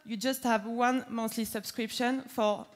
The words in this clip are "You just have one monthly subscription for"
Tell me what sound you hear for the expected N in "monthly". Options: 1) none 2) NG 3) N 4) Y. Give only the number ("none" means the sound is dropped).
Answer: 1